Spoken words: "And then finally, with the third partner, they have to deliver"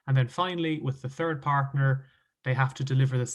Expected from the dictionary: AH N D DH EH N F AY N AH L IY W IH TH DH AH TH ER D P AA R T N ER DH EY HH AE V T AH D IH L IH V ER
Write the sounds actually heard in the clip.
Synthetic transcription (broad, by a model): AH N DH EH N F AY N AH L IY W IH DH AH TH ER D P AA R T N ER DH EY HH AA F T AH D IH L IH V ER